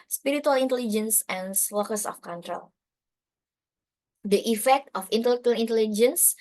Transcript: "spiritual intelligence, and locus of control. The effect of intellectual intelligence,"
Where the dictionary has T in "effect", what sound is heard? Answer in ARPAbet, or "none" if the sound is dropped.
T